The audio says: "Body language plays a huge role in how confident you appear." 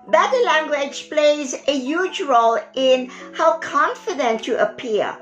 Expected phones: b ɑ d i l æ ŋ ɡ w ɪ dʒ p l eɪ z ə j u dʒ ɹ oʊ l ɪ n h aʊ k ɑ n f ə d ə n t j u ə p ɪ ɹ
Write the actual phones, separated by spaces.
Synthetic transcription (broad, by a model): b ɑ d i l æ ŋ ɡ w ɪ dʒ p l eɪ z ə j u dʒ ɹ oʊ l ɪ n h aʊ k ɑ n f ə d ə n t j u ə p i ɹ